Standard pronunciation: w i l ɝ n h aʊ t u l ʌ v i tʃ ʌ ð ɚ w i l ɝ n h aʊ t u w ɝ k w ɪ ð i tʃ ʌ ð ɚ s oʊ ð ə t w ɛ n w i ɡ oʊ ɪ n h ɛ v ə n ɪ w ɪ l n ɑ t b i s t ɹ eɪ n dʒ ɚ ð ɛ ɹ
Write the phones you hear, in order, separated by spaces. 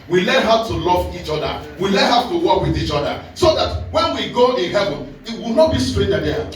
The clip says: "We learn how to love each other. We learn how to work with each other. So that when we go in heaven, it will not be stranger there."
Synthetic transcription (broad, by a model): w i l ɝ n h aʊ t u l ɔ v i tʃ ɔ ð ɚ w i l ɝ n h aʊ t u w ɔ k w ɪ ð i tʃ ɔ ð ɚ s oʊ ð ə t w ɛ n w i ɡ oʊ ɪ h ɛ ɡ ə ɪ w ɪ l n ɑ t b i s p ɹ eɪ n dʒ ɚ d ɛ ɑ